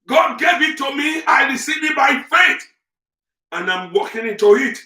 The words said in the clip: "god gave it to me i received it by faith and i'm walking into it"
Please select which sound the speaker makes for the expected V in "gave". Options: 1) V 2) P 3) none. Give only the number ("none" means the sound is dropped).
1